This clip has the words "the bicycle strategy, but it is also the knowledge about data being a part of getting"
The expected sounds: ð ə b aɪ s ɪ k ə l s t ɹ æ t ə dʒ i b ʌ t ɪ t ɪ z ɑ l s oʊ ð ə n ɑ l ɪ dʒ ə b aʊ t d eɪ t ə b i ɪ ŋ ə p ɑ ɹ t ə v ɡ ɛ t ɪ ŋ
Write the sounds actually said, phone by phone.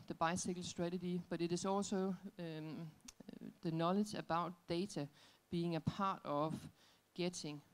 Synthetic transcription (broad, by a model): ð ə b aɪ s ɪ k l s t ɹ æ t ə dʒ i b ʌ t ɪ t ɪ s ɑ l s oʊ ð ə n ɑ l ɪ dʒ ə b aʊ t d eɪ s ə b i ɪ ŋ ə p ɑ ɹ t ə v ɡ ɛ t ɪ ŋ